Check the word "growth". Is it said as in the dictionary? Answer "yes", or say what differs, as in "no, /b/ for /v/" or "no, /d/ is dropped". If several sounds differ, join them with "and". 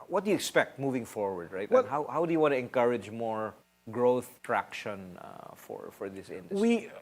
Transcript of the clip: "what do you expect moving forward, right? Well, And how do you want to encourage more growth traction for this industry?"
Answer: yes